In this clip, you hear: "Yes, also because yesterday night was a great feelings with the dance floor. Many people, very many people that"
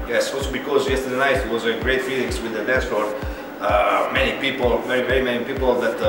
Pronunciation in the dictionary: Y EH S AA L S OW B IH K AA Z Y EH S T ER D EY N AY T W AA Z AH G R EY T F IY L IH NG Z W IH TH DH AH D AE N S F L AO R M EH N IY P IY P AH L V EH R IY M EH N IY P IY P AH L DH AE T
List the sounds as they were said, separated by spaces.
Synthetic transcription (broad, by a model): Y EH S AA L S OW B IH K AA Z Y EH S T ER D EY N AY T W AA Z AH G R EY T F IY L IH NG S W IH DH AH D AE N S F AO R M EH N IY P IY P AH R V EH R IY M EH N IY P IY P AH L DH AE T